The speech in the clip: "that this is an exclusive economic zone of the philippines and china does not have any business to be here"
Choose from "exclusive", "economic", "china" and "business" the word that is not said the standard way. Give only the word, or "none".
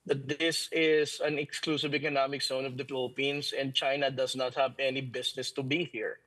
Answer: business